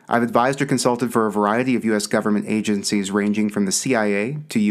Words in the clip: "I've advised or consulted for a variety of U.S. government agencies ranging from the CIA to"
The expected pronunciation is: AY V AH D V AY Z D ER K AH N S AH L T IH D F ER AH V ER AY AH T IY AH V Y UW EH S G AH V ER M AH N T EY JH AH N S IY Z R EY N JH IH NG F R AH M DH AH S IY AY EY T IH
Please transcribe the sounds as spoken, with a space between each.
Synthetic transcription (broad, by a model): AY V AH D V AY Z D ER K AH N S AH L T IH D F ER AH V ER AY AH T IY AH V Y UW EH S G AH V ER M AH N T EY JH AH N S IY Z R EY N JH IH NG F R AH M DH AH S IY AY EY T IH